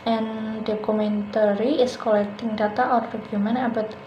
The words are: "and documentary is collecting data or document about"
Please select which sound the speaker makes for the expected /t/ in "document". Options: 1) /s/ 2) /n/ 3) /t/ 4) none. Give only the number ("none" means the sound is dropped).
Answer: 4